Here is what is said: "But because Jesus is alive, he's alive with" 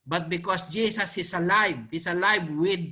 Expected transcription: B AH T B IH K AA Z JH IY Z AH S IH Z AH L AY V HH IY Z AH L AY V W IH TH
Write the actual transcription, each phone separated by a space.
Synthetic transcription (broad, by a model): B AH T B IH K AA S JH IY S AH S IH S AH L AY V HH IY S AH L AY V W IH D